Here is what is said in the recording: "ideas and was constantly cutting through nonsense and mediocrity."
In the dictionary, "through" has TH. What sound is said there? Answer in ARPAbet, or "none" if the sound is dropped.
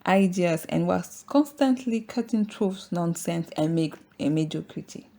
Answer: T